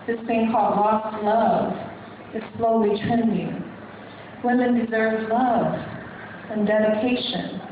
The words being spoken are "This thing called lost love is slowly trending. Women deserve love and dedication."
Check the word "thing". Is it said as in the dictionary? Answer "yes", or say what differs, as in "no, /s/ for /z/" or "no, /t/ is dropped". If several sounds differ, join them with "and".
no, /s/ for /θ/